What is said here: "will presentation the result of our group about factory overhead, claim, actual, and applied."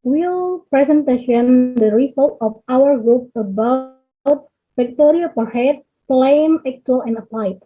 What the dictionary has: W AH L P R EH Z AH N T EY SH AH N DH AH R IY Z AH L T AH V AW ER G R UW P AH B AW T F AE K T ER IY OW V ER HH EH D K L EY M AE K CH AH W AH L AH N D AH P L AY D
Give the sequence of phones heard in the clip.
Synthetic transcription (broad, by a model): W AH L P R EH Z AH N T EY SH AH N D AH R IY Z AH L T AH F AW ER G R UW P AH B AW T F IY K T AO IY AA P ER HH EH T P L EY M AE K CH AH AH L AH N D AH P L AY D